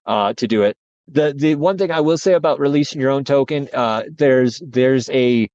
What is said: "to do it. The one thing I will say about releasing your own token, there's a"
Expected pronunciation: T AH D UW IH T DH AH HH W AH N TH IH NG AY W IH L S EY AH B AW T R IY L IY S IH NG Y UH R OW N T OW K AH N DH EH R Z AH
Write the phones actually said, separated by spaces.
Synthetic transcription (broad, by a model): T AH D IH IH T DH AH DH W AH N TH IH NG AY W IH L S EY AH B AW T R IY L IY S IH NG Y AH R OW N T OW K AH N DH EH R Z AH